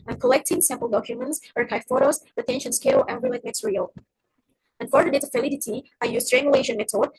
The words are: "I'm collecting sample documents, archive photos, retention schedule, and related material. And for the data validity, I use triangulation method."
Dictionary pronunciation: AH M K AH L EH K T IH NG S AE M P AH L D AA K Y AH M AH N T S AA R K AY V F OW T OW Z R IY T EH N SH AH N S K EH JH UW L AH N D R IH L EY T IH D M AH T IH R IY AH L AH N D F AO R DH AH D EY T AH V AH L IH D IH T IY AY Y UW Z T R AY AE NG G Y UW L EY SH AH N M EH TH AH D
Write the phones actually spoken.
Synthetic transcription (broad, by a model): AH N K AH L EH K T IH NG S AE M P AH L D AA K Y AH M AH N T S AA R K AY F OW T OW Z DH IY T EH N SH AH N S K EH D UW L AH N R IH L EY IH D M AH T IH R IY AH L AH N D F AO R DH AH D EY T AH F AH L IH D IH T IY AY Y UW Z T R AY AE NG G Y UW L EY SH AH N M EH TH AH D